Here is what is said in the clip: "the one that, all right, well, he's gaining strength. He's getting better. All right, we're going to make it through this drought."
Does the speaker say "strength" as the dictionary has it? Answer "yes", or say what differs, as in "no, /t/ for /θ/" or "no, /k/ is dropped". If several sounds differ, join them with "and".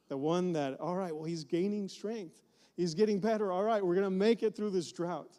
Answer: yes